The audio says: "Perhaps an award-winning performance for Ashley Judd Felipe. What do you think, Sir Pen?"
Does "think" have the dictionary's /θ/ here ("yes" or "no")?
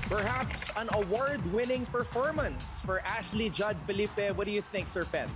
yes